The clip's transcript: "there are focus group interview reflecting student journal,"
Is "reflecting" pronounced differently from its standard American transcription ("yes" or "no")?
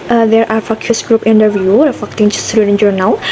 yes